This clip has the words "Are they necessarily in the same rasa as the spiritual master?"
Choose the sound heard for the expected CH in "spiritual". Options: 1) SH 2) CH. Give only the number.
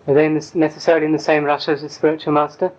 2